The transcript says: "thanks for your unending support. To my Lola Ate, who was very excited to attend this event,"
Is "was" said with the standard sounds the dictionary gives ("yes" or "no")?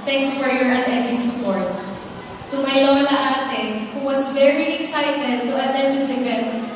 no